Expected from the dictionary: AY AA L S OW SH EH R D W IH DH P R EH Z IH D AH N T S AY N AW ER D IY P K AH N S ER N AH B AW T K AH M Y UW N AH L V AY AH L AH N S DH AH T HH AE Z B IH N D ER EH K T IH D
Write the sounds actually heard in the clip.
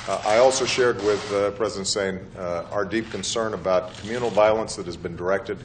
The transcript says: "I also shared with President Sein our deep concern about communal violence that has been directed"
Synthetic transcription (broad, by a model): AY AA L S OW SH EH R D W IH DH P R EH Z IH D AH N T S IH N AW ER D IY P K AH N S ER N AH B AW T K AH M Y UW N L V AY AH L AH N S DH AH T HH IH Z B IH N D ER EH K T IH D